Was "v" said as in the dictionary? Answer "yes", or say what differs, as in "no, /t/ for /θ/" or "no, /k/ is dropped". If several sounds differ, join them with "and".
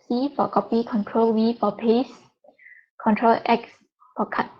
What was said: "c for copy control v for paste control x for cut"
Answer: no, /w/ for /v/